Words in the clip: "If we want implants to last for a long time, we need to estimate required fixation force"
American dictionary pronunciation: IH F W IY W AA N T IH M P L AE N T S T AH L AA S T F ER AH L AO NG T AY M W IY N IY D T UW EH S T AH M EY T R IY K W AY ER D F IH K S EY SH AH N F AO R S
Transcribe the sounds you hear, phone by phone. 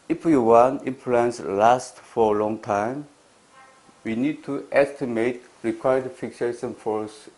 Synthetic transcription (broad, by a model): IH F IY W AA N IH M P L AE N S L AA S T F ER AH L AO NG T AY M W IY N IY D T UW EH S T AH M EY T R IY K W AY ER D F IH K S EY SH AH N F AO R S